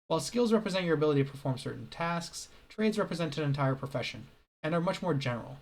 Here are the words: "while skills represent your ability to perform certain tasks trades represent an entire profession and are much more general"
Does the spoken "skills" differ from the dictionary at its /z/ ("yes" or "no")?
no